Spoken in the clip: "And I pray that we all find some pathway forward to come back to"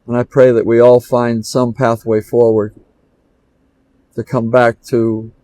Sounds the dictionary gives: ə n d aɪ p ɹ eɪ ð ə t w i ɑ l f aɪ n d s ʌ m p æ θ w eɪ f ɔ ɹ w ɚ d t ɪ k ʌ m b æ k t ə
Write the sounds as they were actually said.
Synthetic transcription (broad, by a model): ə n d aɪ p ɹ eɪ ð ə t w i ɑ l f aɪ n d s ʌ m p æ θ w eɪ f ɔ ɹ w ɚ d t ɪ k ʌ m b æ k t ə